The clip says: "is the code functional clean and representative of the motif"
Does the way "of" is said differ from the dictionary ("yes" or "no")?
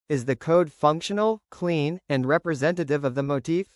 no